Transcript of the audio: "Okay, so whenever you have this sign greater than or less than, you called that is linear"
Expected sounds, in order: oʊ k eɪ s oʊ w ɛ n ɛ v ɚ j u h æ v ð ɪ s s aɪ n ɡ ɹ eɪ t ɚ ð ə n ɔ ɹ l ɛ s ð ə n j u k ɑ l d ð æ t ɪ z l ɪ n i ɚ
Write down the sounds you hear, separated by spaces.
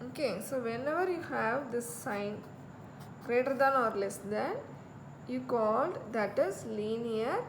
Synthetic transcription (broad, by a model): oʊ k eɪ s oʊ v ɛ n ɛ v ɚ j u h æ v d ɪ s s aɪ n ɡ ɹ eɪ t ɚ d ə n ɔ ɹ l ɛ s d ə n j u k ɑ l d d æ t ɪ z l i n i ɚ